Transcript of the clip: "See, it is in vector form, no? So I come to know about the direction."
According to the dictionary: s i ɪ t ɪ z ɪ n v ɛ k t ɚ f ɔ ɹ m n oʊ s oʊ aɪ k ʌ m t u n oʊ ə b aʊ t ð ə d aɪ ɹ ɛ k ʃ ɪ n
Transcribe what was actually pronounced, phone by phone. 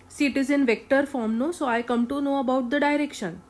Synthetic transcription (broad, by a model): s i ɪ t ɪ z ɪ n v ɛ k t ɚ f ɔ ɹ m n oʊ s oʊ aɪ k ʌ m t u n oʊ ə b aʊ t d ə d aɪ ɹ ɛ k ʃ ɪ n